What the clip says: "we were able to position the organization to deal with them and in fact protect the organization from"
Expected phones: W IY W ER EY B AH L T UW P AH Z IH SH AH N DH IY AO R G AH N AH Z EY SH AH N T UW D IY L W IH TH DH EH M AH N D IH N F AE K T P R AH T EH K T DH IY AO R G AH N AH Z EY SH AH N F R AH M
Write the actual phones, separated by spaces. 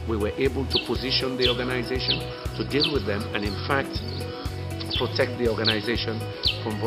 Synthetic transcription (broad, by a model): W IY W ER EY B AH L T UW P AH Z IH SH AH N DH IY AO R G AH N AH Z EY SH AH N T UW D IY L W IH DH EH M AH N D IH N F AE K T P R AH T EH K T DH IY AO R G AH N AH Z EY SH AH N F R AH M